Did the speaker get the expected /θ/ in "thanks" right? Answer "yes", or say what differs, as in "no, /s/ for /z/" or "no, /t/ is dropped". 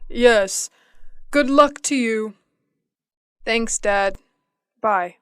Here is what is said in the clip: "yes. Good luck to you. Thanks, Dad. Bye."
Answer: yes